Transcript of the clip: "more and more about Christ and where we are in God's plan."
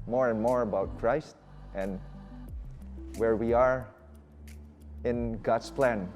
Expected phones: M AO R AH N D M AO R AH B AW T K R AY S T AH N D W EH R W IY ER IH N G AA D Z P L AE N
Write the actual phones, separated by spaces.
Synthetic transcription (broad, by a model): M AO R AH N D M AO R AH B AW T K R AY S T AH N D W EH R W IY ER IH N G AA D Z P L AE N